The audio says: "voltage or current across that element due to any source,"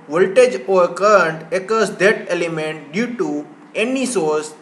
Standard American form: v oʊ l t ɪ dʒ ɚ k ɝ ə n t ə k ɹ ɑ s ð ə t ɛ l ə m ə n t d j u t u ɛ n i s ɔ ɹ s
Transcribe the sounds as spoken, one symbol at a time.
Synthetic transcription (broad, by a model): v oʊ l t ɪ dʒ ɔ k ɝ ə n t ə k ɑ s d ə t ɛ l ə m ə n t d j u t u ɛ n i s ɔ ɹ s